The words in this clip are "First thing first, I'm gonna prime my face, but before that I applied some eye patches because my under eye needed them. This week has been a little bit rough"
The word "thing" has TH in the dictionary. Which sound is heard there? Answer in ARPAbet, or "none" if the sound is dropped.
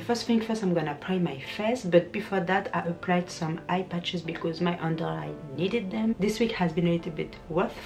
F